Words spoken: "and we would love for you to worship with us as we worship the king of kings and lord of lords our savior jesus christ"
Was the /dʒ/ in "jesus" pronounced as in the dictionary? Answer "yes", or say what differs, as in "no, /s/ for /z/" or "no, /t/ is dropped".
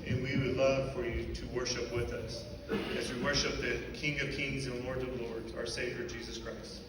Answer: yes